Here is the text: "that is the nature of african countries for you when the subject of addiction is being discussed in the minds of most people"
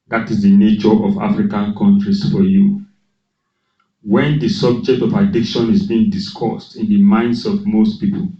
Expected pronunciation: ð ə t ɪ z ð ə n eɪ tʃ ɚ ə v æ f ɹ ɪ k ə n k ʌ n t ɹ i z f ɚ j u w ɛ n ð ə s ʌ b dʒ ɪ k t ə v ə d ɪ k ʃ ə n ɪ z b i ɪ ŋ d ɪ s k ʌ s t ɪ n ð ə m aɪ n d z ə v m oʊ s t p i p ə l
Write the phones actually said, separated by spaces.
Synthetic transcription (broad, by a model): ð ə t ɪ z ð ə n eɪ tʃ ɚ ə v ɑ f ɹ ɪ k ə n k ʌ n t ɹ i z f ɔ j u w ɛ n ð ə s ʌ b dʒ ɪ k t ə v ə d ɪ k ʃ ə n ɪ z b i ɪ ŋ d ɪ s k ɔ s t ɪ n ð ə m aɪ n d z ə v m oʊ s t p i p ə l